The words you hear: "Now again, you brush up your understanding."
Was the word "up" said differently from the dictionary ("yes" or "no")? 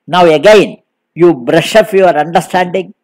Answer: yes